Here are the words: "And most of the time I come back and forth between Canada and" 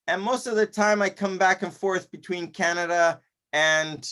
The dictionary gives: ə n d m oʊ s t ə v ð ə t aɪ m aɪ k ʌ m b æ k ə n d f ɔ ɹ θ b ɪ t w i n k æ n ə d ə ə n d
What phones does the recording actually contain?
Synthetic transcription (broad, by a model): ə n m oʊ s t ə v ð ə t aɪ m aɪ k ʌ m b æ k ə n f ɔ ɹ θ b ɪ t w i n k æ n ə d ə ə n